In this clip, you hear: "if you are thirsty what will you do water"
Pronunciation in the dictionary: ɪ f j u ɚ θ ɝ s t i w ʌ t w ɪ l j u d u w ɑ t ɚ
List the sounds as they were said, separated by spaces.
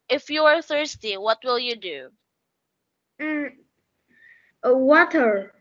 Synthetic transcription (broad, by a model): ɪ f j u ɚ θ ɝ s t i w ʌ t w ɪ l j u d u w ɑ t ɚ